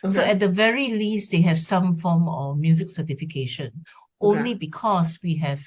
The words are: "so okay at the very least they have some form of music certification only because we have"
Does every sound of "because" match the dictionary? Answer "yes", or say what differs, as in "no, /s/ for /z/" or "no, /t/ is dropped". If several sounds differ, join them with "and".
no, /s/ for /z/